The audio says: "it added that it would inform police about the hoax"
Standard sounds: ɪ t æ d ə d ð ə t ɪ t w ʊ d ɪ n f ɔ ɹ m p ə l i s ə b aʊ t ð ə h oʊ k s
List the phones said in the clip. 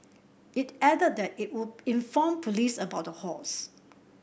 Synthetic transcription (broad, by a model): ɪ t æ d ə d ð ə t ɪ t w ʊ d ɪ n f ɔ m p ə l i s ə b aʊ t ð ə h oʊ s